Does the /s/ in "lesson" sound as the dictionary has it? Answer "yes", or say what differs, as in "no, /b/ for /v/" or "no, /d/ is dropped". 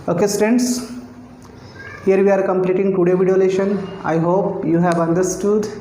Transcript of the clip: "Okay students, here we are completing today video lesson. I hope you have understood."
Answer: no, /ʃ/ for /s/